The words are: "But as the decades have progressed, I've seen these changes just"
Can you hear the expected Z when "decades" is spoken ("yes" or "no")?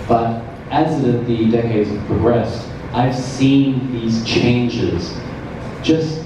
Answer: yes